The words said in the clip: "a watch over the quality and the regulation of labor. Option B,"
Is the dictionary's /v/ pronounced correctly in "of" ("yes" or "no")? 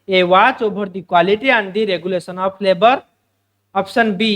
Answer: no